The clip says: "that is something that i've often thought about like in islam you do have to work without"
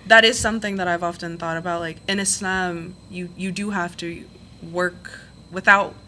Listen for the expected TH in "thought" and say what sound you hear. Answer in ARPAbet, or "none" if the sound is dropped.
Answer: TH